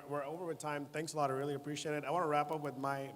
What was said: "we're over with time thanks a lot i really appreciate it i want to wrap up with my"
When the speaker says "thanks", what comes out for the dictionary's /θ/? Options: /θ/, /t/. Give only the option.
/θ/